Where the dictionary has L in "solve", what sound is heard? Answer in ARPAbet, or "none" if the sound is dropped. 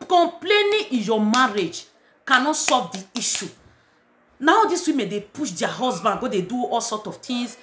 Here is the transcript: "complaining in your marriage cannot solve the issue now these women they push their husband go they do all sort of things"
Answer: none